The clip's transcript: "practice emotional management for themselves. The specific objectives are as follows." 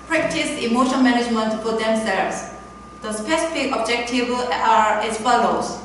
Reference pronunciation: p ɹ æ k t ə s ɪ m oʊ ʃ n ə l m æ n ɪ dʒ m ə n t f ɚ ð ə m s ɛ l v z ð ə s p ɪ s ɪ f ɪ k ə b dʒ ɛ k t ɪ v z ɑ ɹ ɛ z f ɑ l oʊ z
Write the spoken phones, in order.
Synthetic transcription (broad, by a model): p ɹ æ k t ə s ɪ m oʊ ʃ ə n m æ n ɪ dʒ m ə n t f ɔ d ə m s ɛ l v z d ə s p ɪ s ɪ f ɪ k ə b dʒ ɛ k t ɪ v ɑ ɹ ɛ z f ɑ l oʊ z